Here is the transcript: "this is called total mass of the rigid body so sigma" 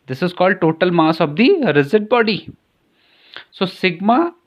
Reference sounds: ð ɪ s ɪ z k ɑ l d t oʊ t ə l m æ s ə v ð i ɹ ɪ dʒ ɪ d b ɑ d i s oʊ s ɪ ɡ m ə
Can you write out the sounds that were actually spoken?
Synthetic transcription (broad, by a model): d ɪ s ɪ z k ɑ l d t oʊ t ə l m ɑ s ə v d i ɹ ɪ z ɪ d b ɑ d i s oʊ s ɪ ɡ m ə